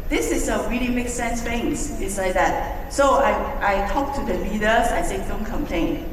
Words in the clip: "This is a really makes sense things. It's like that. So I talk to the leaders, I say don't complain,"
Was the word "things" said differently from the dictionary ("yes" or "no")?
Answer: yes